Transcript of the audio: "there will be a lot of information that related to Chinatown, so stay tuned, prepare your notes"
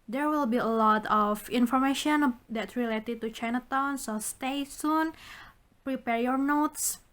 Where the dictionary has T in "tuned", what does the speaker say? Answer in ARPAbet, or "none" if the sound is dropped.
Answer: S